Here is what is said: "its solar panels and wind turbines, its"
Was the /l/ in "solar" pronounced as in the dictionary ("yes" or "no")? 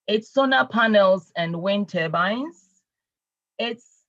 no